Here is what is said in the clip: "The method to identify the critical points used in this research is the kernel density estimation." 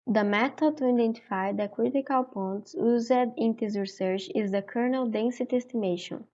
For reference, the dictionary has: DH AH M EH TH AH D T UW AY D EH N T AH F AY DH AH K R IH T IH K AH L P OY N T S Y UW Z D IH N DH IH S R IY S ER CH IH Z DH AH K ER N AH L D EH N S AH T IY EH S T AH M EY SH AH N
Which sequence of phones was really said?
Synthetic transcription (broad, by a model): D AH M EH T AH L T UW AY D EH N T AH F AY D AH K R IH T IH K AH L P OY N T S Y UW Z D IH N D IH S R IY S ER CH IH Z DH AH K ER N AH L D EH N S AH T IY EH S T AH M EY SH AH N